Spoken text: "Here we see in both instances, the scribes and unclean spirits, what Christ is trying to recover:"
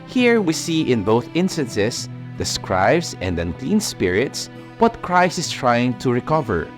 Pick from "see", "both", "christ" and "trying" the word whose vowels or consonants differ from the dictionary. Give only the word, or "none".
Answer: christ